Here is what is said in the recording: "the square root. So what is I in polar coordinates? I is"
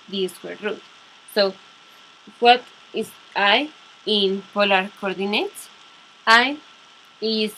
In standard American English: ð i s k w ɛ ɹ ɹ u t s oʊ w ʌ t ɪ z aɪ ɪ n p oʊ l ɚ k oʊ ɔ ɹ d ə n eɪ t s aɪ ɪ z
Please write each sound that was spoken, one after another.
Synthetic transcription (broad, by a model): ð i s w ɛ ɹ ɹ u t s oʊ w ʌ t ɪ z aɪ ɪ n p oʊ l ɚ k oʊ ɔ ɹ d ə n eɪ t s aɪ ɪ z